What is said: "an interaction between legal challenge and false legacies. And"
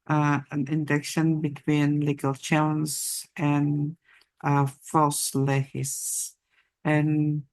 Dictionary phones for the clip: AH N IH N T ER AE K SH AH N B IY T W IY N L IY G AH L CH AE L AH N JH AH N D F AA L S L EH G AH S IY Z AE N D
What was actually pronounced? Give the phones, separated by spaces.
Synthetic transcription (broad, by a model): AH N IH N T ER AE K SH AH N B IY T W IY N L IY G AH L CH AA AH N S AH N F AA L S L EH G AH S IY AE N